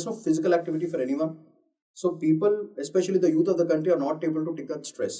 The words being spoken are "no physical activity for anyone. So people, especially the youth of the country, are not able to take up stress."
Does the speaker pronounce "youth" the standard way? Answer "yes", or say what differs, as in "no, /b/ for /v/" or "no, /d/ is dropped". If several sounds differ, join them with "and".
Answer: no, /t/ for /θ/